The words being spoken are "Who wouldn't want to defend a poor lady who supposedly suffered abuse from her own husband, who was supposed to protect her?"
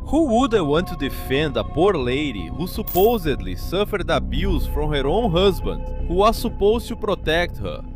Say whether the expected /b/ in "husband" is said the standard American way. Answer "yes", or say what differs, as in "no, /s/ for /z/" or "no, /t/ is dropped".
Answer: yes